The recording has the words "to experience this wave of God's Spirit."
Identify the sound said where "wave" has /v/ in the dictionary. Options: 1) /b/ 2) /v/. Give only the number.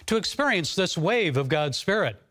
2